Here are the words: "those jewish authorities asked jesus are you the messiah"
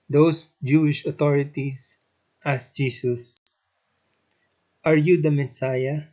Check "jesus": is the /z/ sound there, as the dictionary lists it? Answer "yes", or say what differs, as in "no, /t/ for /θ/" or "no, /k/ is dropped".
no, /s/ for /z/